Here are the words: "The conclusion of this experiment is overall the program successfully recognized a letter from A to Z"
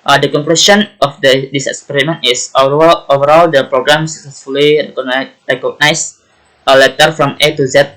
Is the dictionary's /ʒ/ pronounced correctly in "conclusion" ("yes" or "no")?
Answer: no